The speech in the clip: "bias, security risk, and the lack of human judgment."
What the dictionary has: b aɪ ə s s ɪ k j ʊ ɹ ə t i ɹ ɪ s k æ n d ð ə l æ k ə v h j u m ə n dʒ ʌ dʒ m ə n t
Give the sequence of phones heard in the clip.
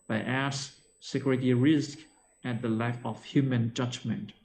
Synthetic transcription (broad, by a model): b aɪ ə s s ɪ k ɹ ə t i ɹ ɪ s k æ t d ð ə l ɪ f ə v h j u m ə n dʒ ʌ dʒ m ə n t